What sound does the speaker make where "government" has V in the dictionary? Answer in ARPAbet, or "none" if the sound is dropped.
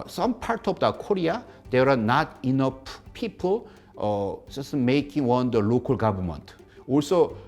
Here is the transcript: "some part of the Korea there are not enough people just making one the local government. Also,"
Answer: B